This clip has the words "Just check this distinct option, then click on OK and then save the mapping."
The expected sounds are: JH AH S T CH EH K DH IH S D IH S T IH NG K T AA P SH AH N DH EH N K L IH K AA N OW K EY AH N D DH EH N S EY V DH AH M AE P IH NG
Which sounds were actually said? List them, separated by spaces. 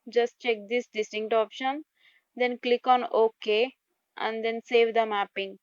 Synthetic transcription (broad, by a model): JH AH S T CH EH K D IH S D IH S T IH NG K T AA P SH AH N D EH N K L IH K AA N OW K EY AH N D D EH N S EY V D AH M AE P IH NG